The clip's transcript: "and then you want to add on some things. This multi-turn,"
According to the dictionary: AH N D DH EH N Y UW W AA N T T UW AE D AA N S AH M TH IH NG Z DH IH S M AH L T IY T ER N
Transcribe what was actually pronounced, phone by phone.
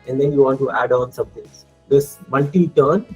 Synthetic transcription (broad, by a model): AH N D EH N Y UW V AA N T T UW AE D AA N S AH M T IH NG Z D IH S M AH L T IY T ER N